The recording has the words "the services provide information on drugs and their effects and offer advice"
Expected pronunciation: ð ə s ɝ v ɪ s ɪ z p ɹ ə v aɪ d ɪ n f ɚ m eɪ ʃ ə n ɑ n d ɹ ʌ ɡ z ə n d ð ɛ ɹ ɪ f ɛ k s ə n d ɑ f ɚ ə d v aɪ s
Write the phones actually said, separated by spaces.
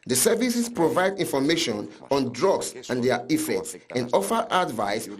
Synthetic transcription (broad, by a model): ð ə s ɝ v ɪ s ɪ s p ɹ ə v aɪ d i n f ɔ m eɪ ʃ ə n ɑ n d ɹ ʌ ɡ s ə n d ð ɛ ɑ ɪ f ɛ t s ə n d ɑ f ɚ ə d v aɪ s